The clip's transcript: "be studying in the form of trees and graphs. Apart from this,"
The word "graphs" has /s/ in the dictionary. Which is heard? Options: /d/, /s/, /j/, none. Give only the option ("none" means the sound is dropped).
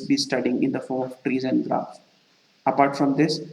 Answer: none